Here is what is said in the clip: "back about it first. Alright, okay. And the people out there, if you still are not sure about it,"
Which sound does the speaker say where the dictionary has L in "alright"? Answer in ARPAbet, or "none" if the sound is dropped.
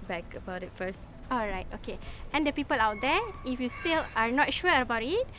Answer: L